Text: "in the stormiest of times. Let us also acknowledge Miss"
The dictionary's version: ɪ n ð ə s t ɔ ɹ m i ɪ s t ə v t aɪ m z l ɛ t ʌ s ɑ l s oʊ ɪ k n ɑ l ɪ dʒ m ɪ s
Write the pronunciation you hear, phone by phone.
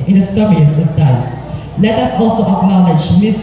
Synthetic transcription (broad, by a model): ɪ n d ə s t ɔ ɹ i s ə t aɪ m s l ɛ t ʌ s ɑ l s oʊ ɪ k n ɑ l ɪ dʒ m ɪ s